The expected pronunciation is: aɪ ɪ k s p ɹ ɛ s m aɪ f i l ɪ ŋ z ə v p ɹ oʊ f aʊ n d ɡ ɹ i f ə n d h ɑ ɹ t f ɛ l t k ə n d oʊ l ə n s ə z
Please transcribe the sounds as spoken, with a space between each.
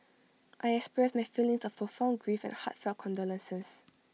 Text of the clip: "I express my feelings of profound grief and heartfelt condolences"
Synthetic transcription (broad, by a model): aɪ ɪ k s p ɹ ɛ s m aɪ f i l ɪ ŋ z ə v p oʊ f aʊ n ɡ ɹ i f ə n h ɑ t f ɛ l k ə n d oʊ l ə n s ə s